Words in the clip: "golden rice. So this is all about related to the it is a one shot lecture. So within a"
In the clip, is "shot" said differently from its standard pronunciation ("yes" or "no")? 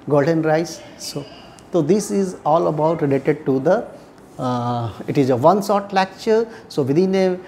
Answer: yes